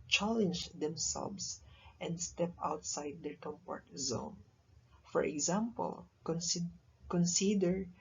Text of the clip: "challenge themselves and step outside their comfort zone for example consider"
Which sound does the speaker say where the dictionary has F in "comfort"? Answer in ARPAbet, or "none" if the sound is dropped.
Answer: P